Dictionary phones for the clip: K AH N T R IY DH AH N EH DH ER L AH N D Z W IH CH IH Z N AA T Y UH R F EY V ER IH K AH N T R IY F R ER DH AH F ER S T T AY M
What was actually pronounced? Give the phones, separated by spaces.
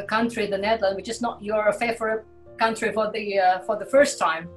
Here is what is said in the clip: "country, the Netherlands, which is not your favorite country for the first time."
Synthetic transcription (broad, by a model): K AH N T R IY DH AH N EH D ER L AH N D W IH CH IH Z N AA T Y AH R F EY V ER K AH N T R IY F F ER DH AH F ER S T T AY M